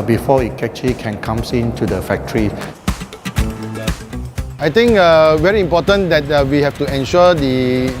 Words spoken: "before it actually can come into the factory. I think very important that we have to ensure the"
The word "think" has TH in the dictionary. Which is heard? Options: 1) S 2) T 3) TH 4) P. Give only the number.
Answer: 2